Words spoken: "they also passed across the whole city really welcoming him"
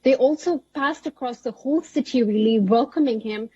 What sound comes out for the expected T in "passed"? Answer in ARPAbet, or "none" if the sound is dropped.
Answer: T